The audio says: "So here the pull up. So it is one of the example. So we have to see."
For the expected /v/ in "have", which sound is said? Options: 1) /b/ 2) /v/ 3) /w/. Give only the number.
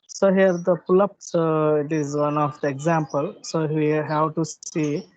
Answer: 3